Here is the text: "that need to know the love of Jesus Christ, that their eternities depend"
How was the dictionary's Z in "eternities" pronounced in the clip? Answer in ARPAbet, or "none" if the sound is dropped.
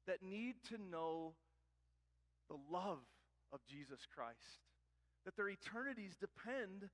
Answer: Z